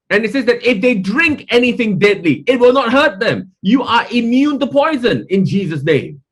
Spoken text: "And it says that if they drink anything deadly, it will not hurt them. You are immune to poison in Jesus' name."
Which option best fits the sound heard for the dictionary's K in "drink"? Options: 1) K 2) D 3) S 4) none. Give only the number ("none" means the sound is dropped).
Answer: 1